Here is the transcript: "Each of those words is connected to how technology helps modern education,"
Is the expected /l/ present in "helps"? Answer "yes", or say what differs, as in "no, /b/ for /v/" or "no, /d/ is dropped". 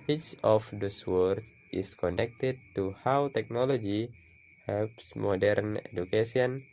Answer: yes